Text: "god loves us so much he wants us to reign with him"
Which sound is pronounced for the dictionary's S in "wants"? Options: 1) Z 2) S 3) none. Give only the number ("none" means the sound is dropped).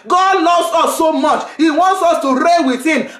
2